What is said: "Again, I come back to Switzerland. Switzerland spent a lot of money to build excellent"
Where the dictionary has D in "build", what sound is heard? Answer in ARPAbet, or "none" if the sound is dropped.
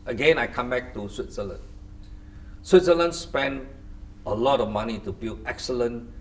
none